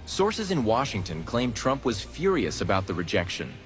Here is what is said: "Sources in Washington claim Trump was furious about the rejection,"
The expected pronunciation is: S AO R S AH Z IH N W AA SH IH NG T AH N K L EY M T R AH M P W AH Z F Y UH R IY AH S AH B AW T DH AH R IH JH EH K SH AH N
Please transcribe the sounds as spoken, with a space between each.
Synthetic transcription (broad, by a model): S AO R S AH Z IH N W AA SH IH NG T AH N K L EY M T R AH M P W AH Z F Y UH R IY AH S AH B AW T DH AH R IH JH EH K SH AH N